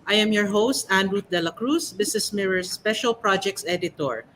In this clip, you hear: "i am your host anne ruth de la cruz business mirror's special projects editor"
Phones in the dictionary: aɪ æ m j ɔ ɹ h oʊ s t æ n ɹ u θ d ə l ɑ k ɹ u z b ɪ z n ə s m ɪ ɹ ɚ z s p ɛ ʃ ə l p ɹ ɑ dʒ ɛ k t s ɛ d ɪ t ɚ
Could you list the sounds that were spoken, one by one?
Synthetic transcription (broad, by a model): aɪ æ m j ɔ ɹ h oʊ s t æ n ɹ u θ d ə l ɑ k ɹ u s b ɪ s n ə s m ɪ ɹ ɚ s p ɛ ʃ ə l p ɹ ɑ dʒ ɛ k t s ɛ d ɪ t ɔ